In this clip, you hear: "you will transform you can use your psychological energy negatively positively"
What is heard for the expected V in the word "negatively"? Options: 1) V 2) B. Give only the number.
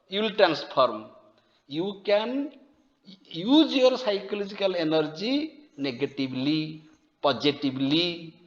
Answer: 2